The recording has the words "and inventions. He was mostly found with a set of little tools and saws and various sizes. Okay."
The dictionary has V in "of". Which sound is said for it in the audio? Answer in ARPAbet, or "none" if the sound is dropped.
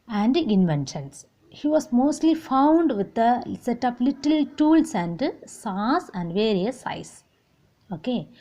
P